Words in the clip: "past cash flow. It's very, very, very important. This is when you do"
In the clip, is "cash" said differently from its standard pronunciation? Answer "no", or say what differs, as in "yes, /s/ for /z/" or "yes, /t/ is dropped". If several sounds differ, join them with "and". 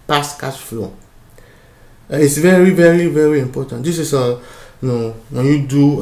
yes, /s/ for /ʃ/